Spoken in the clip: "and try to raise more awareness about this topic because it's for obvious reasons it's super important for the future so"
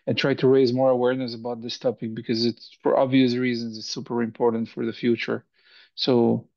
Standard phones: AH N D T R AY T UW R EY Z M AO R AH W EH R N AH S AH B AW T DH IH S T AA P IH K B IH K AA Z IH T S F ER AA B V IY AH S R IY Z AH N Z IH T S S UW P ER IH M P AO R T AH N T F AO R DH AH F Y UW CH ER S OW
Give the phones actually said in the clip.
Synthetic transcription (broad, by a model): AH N T R AY T UW R EY Z M AO R AH W EH R N AH S AH B AW T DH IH S T AA P IH K B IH K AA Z IH T S F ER AA B V IY AH S R IY Z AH N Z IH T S S UW P ER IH M P AO R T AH N T F AO R DH AH F Y UW CH ER S OW